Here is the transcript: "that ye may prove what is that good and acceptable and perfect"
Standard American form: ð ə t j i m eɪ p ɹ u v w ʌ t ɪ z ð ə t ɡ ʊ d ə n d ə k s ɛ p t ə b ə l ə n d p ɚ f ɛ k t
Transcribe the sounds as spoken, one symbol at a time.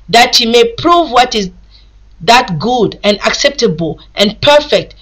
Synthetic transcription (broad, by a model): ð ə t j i m eɪ p ɹ u v w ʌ t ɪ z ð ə t ɡ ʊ d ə n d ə k s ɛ p t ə b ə l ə n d p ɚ f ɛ k t